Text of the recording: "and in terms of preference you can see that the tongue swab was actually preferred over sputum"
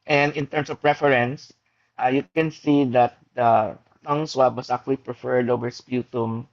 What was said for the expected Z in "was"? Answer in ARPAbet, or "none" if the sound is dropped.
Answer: S